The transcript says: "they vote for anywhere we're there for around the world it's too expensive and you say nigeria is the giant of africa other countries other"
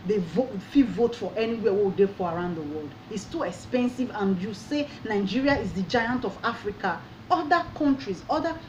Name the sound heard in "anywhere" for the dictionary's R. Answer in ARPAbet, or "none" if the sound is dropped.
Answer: W